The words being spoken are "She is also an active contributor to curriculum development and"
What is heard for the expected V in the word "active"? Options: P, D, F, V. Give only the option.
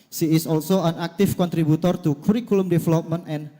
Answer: F